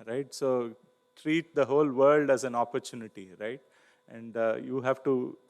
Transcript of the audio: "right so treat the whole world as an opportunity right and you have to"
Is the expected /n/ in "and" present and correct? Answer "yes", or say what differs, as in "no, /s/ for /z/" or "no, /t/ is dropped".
yes